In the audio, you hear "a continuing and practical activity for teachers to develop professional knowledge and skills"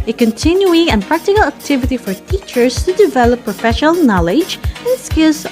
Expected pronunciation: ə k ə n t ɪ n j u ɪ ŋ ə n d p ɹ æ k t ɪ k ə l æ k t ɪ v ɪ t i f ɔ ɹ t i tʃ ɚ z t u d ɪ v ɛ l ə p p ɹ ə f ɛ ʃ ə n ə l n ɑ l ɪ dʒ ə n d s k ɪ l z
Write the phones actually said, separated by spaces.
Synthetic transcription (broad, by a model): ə k ə n t ɪ n j u ɪ ŋ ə n p ɹ æ k t ɪ k ə l æ k t ɪ v ɪ t i f ɔ ɹ t i tʃ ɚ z t u d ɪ v ɛ l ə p p ɹ ə f ɛ ʃ ə n ə l n ɑ l ɪ dʒ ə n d s k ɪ l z